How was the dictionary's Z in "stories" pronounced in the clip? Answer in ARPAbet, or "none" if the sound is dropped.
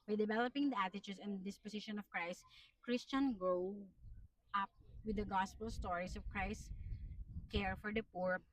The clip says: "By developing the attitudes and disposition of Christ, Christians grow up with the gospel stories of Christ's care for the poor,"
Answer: S